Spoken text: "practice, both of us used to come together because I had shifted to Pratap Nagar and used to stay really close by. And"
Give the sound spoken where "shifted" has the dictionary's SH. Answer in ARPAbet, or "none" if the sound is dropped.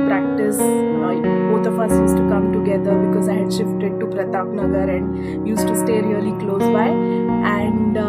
SH